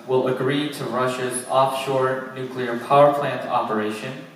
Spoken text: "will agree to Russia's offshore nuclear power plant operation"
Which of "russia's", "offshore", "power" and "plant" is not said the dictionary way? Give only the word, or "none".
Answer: none